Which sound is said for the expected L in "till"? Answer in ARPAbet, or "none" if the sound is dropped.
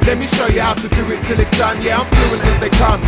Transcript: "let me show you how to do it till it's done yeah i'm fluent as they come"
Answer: L